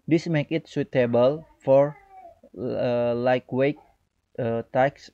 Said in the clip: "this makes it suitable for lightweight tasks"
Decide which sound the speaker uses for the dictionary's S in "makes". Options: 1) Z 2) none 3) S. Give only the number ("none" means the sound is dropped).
2